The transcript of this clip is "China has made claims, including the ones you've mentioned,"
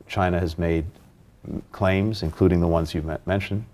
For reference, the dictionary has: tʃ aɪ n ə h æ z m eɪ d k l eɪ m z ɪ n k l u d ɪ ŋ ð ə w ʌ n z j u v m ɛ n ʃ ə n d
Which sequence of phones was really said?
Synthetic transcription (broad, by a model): tʃ aɪ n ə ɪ z m eɪ d k l eɪ m z ɪ n k l u d ɪ ŋ ð ə w ʌ n z j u m ɛ n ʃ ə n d